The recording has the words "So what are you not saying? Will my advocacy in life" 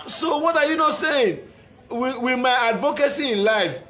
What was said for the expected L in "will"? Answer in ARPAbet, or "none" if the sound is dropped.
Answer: W